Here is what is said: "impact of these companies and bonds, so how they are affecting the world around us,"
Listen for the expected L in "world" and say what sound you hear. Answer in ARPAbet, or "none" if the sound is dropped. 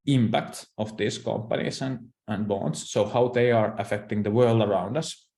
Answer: L